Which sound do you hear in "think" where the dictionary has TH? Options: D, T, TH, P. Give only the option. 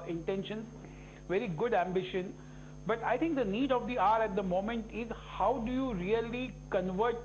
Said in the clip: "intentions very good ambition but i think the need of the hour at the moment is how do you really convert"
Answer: T